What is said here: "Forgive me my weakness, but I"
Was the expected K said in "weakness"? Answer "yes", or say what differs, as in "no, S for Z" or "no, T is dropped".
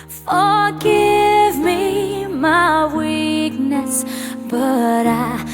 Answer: yes